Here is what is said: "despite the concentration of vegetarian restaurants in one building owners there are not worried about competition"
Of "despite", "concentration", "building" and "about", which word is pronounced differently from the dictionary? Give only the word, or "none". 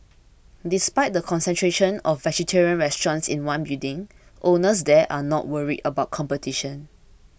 building